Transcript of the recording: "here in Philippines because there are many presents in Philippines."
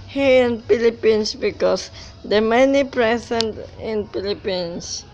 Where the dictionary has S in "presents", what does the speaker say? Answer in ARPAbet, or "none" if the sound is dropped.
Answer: none